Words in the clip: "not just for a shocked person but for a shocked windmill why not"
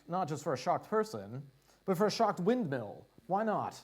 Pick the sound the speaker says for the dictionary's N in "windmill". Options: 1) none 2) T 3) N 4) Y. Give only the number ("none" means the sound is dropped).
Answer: 3